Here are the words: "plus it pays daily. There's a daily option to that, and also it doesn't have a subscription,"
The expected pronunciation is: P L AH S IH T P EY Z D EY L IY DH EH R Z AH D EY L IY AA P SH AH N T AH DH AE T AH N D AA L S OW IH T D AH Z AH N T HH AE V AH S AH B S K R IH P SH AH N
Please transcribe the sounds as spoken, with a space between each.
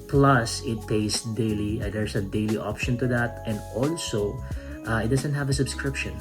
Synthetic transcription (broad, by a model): P L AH S IH T P EY S D EY L IY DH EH R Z AH D EY L IY AA P SH AH N T AH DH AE T AH N D AA L S OW IH T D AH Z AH N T HH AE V AH S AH B S K R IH P SH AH N